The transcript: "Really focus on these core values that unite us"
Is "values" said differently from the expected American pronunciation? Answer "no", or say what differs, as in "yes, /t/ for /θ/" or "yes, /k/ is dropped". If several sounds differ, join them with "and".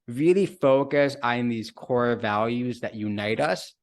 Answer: no